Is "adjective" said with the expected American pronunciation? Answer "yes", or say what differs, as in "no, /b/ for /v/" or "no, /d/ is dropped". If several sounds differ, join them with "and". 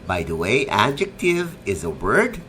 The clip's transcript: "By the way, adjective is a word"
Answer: yes